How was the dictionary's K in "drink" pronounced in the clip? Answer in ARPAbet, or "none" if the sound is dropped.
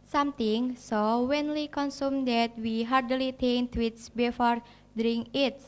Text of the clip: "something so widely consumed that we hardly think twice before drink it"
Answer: none